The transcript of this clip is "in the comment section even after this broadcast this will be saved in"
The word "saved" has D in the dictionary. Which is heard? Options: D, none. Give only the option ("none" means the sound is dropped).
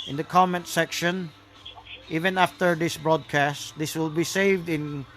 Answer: D